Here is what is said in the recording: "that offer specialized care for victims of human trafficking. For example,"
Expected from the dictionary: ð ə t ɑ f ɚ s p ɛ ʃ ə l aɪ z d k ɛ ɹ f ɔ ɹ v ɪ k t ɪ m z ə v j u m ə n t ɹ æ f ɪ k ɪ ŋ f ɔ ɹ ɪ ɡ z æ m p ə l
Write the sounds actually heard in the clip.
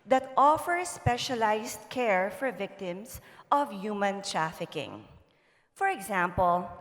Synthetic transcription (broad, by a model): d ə t ɑ f ɚ s p ɛ ʃ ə l aɪ s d k ɛ ɹ f ɔ ɹ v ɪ k t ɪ m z ə v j u m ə n t ɹ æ f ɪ k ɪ ŋ f ɔ ɹ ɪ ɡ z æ m p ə l